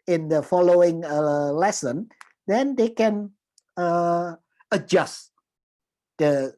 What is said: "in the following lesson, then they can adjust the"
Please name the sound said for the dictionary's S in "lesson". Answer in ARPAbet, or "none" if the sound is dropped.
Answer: S